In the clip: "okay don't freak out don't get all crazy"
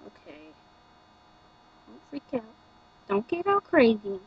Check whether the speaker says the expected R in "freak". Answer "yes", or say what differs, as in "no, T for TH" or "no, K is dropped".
no, R is dropped